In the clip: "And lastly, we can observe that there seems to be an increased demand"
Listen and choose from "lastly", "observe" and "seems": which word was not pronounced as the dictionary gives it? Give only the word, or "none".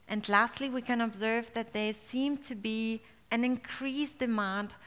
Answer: seems